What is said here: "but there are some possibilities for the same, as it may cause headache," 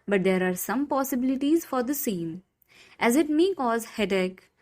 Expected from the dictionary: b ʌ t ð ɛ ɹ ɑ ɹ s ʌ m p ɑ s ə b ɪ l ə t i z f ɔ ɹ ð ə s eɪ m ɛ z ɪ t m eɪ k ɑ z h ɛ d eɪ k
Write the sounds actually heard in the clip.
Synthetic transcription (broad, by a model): b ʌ t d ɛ ɹ ɑ ɹ s ʌ m p ɑ s ə b ɪ l ə t i z f ɔ ɹ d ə s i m ɛ z ɪ t m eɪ k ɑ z h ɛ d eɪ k